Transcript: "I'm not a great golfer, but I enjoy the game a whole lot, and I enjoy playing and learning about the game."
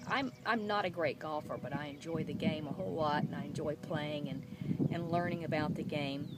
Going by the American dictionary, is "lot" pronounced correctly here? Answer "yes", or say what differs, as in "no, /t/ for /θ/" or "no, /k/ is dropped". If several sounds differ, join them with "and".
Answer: no, /w/ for /l/